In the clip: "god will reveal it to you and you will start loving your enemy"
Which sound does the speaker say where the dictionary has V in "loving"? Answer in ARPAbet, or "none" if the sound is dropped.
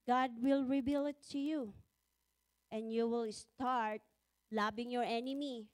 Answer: B